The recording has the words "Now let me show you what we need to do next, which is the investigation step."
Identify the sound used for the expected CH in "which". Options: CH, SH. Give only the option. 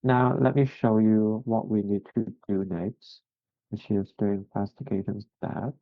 SH